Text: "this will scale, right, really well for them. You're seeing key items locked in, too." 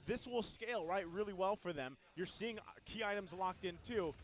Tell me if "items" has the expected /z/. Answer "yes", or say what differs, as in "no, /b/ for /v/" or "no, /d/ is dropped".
yes